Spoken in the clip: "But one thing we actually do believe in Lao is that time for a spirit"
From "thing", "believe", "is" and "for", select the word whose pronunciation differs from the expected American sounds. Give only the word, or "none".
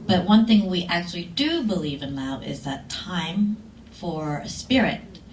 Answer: none